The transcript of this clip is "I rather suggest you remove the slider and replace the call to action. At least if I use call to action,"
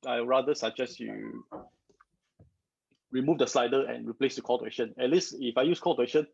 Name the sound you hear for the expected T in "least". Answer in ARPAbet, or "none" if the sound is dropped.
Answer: none